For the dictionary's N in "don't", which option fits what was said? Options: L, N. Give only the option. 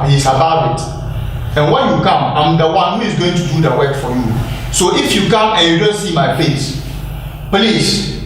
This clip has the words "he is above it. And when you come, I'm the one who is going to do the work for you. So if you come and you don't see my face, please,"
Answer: L